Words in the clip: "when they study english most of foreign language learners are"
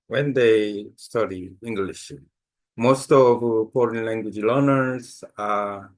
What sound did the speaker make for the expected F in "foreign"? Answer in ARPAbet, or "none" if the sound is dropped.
P